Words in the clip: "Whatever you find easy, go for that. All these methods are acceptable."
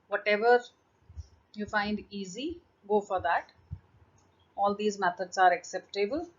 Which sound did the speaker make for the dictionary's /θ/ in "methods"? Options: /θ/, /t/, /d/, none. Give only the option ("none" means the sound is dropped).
/t/